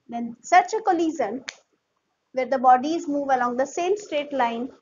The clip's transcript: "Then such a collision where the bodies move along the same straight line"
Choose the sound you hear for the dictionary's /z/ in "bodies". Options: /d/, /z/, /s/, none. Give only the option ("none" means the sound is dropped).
/z/